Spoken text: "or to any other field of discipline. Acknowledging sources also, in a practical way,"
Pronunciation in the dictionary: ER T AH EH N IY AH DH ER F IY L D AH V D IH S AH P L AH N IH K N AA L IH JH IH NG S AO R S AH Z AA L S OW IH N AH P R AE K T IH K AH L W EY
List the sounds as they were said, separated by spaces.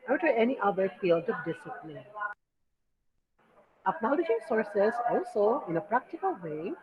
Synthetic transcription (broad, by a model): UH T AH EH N IY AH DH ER F IY L D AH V D IH S AH P L AH N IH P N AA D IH SH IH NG S AO R S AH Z AA L S OW IH N AH P R AE K T IH K AH L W EY